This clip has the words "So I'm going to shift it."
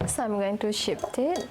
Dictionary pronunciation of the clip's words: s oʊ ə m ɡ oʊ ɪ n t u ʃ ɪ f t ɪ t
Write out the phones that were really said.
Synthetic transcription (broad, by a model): s ə m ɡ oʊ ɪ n t u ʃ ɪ p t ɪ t